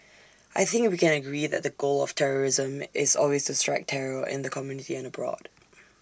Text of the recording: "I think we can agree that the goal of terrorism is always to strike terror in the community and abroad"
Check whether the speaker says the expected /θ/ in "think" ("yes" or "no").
yes